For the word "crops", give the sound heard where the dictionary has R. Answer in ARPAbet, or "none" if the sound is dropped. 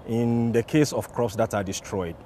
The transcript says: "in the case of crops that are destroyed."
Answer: R